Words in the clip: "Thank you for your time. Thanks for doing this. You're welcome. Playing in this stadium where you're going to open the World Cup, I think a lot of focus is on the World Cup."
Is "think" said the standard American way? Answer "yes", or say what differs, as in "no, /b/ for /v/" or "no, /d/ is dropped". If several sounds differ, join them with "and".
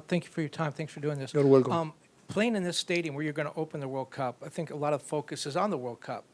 yes